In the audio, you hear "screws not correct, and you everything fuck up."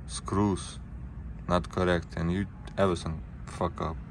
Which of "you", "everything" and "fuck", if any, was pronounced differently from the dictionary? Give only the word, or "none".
everything